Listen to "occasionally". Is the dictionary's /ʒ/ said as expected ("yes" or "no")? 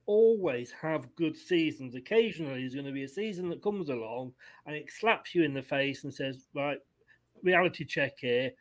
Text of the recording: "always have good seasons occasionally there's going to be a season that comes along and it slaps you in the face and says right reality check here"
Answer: yes